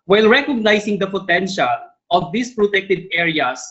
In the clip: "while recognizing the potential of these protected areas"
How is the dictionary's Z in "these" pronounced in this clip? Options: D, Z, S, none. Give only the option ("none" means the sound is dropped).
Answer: S